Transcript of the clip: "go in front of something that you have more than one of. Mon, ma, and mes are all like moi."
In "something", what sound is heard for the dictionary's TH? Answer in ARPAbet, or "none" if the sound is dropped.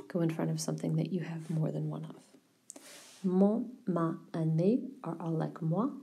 TH